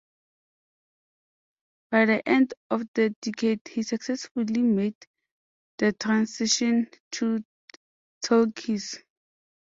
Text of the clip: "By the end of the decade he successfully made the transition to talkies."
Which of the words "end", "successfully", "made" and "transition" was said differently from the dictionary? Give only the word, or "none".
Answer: transition